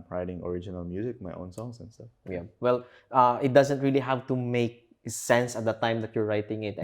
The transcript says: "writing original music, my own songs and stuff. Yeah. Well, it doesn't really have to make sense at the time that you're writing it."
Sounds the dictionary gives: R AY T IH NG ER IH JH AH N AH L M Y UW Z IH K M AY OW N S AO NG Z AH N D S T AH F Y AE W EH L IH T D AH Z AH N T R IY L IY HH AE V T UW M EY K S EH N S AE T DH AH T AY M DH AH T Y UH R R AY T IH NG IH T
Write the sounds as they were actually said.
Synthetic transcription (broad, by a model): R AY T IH NG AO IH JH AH N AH L M Y UW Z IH K M AY OW N S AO NG S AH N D S T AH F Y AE W EH L IH T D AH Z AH N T R IY L IY HH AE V T UW M EY K S EH N S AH T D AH T AY M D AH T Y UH R R AY T IH NG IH T